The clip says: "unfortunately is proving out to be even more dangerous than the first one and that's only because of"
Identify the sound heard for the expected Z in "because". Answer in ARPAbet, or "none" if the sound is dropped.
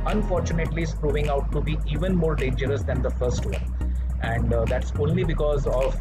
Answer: Z